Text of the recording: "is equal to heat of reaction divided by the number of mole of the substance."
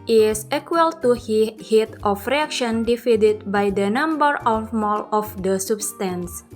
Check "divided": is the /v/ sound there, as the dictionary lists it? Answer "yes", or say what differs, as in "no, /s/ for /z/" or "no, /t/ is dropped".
no, /f/ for /v/